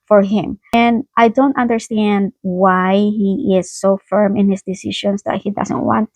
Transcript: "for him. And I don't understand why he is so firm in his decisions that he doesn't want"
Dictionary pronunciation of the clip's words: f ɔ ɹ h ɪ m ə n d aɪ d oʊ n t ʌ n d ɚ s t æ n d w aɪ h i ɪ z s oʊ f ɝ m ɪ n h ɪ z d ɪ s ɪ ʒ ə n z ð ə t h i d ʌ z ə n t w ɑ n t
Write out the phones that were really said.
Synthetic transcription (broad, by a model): f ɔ ɹ h ɪ m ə n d aɪ d oʊ n t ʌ n d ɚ s t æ n d w aɪ h i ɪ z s oʊ f ɝ m ɪ n h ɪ s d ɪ s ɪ ʃ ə n s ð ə t h i d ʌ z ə n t w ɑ n t